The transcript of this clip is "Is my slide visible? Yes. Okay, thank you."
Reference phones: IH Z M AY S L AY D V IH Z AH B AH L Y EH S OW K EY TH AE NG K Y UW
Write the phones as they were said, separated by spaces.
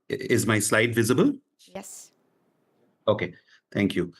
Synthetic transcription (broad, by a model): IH Z M AY S L AY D V IH Z AH B AH L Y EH S OW K EY T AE NG K Y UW